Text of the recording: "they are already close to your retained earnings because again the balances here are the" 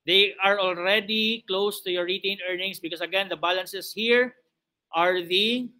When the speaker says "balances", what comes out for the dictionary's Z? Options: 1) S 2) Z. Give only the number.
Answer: 1